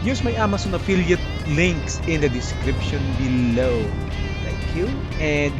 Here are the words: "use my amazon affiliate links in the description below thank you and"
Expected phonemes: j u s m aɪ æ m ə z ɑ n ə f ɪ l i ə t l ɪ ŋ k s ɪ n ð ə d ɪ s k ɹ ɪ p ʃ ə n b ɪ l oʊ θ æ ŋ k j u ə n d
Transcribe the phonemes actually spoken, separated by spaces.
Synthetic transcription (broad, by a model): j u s m aɪ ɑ m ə s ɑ n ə f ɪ l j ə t l ɪ ŋ k s ɪ n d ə d ɪ s k ɹ ɪ p ʃ ə n b ɪ l oʊ t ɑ k j u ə n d